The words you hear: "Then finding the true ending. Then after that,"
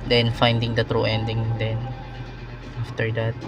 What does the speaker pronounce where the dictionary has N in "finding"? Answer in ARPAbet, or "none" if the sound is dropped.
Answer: N